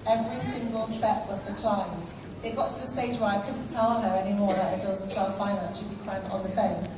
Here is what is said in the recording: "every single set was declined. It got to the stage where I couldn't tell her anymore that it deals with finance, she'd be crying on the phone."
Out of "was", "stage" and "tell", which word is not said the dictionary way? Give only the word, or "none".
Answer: none